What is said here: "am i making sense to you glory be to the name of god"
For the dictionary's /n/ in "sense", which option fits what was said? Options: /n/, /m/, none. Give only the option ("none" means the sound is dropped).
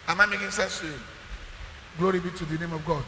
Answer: none